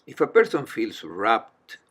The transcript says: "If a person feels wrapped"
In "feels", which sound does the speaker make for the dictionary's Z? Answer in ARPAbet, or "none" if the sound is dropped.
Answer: S